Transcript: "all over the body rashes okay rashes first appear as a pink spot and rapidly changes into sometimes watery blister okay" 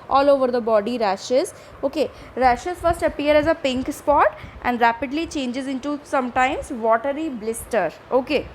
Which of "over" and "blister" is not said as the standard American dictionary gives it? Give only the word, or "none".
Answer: none